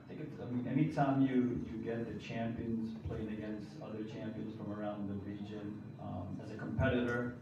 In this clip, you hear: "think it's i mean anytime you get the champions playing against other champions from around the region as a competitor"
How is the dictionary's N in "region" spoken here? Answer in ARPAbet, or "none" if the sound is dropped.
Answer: N